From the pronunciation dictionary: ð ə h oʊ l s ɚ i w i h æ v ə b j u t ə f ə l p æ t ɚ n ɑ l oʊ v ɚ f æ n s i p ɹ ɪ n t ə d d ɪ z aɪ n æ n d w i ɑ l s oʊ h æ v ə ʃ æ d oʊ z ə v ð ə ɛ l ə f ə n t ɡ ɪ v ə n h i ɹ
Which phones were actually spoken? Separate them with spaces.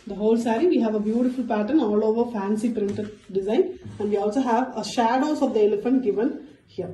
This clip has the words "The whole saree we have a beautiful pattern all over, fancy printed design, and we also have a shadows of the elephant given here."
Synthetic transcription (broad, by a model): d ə h oʊ l s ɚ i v i h æ v ə b j u t ə f ə l p æ t ɚ n ɑ l oʊ v ɚ f æ n s i p ɹ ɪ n t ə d d ɪ z aɪ n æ n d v i ɑ l s oʊ h æ v ə ʃ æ d oʊ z ə v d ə ɛ l ə f ə n t ɡ ɪ v ə n h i ɹ